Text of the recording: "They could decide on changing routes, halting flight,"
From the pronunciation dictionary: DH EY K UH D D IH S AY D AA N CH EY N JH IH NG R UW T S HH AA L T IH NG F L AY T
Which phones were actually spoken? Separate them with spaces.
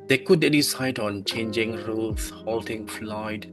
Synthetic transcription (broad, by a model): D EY K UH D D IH S AY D AA N CH EY N JH IH NG R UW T HH AA L T IH NG F L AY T